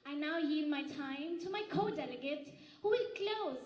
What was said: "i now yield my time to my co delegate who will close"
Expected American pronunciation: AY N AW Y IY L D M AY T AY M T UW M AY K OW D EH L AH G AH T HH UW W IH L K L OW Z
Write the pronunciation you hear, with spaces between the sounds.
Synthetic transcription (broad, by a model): AY N AW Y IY D M AY T AY M T UW M AY K OW D EH L AH G AH T HH UW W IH L K L OW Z